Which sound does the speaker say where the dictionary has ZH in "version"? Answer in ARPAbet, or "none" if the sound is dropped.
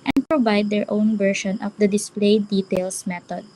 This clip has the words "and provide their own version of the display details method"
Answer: SH